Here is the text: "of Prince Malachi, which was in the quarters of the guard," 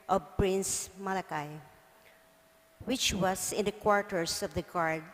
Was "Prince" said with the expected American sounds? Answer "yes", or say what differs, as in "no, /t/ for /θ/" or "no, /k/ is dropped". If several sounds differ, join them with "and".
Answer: yes